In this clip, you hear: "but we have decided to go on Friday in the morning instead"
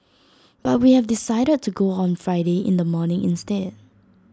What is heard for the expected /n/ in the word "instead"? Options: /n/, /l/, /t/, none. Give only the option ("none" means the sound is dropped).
/n/